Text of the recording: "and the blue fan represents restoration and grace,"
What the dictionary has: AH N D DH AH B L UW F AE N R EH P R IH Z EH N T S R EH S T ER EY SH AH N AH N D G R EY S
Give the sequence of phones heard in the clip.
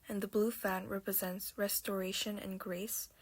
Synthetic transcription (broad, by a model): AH N DH AH B L UW F AE N R EH P R IH Z EH N T S R EH S T ER EY SH AH N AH N G R EY S